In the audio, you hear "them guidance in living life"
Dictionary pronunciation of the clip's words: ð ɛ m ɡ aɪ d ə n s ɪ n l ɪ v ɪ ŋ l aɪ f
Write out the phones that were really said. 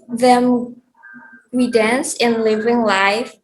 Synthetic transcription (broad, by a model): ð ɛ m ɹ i d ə n s ɪ n l ɪ v ɪ ŋ l aɪ f